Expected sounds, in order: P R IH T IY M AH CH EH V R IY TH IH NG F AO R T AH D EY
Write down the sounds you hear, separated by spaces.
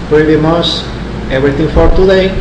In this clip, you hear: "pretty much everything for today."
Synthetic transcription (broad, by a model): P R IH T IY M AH S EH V R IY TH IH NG F AO R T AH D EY